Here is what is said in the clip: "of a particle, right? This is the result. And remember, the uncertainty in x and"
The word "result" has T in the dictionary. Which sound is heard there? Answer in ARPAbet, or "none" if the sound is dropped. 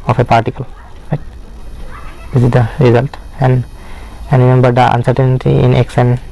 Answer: T